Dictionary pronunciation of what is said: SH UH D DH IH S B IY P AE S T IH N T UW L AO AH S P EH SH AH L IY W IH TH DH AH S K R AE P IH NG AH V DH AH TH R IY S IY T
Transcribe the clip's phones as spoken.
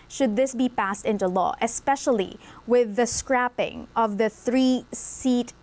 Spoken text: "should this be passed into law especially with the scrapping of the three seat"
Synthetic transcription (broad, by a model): SH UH D DH IH S B IY P AE S T IH N T UW L AO AH S P EH SH AH L IY W IH DH AH S K R AE P IH NG AH V DH AH TH R IY S IY T